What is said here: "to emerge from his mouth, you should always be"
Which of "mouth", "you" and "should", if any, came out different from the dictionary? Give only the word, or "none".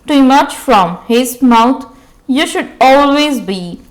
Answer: mouth